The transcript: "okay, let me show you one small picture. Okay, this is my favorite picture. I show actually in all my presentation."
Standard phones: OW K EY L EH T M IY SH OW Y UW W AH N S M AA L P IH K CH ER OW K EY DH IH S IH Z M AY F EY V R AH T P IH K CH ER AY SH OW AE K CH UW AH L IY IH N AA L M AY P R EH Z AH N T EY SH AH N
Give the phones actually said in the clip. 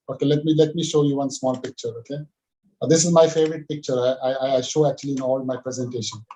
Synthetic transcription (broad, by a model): OW K EY L EH T M IY SH OW Y UW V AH N S M AA L P IH K CH ER OW K EY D IH S IH Z M AY F EY V R AH T P IH K CH ER AY SH OW AE K CH UW AH L IY IH N AA L M AY P R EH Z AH N T EY SH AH N